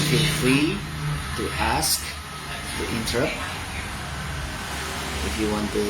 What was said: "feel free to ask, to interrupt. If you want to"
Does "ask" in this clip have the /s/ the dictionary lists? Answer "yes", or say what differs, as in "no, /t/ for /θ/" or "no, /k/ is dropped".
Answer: yes